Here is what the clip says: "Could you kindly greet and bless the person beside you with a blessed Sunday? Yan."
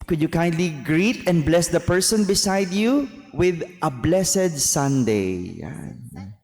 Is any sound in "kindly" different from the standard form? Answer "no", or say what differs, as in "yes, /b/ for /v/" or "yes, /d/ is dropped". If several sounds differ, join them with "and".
no